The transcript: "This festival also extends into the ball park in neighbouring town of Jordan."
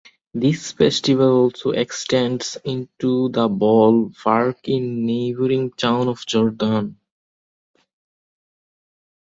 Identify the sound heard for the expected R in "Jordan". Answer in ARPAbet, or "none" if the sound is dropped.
R